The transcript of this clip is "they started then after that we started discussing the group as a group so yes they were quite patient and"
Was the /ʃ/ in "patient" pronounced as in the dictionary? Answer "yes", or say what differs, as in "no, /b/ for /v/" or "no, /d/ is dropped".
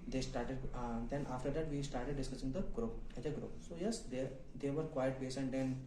no, /s/ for /ʃ/